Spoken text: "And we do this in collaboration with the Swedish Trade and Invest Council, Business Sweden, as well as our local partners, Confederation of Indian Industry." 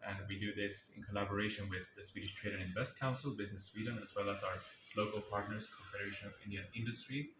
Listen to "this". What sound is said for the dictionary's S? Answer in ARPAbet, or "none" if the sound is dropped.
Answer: S